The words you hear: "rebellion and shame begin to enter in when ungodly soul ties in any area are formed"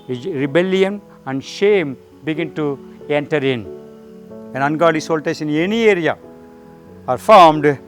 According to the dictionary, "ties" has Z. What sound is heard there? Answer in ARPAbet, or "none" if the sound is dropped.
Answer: S